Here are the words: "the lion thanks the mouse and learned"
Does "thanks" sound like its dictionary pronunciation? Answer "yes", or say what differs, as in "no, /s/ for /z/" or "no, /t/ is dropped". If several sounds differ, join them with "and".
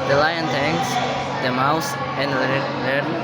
no, /t/ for /θ/ and /k/ is dropped